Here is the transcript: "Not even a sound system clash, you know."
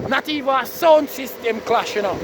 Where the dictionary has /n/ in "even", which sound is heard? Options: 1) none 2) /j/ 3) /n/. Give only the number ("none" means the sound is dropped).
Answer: 1